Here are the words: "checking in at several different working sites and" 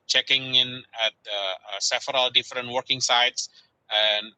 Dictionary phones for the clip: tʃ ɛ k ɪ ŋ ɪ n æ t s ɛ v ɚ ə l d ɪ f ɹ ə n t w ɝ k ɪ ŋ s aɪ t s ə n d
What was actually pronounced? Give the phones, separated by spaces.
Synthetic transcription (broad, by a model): tʃ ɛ k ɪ ŋ ɪ n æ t s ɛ f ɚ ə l d ɪ f ɹ ə n t w ɝ k ɪ ŋ s aɪ t s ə n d